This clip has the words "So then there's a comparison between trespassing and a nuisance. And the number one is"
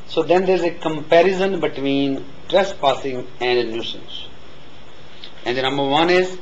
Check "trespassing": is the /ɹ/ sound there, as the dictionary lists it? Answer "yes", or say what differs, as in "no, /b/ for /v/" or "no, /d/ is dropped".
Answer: yes